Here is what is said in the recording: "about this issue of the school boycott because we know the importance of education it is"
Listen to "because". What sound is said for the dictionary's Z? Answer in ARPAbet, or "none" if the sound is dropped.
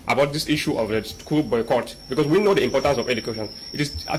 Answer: S